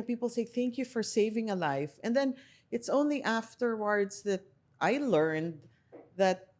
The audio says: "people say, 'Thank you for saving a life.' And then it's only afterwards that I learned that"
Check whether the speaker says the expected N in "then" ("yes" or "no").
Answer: yes